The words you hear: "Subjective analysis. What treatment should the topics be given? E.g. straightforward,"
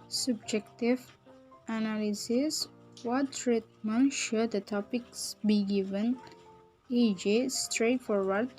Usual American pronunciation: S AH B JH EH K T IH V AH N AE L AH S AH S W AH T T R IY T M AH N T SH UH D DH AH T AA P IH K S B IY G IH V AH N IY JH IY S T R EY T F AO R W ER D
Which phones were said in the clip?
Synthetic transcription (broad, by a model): S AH B JH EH K T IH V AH N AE L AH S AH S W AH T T R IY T M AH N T SH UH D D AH T AA P IH K S B IY G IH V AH N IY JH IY S T R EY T F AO R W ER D